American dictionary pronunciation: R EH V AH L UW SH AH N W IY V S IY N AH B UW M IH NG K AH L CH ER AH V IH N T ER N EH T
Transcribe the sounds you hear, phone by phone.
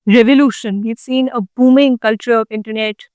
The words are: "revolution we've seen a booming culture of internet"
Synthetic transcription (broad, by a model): R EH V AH L UW SH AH N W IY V S IY N AH B UW M IH NG K AH L CH ER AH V IH N T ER N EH T